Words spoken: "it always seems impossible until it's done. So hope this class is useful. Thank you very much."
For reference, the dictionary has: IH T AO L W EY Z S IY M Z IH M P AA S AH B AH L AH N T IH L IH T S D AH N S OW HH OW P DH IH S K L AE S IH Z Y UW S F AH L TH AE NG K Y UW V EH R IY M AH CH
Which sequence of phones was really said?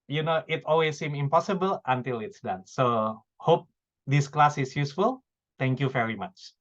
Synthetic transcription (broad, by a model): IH T AO L W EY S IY M IH M P AA S AH B AH L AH N T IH L IH T S D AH N S OW HH OW P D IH S K L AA S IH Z Y UW S F AH L T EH NG K Y UW V EH R IY M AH CH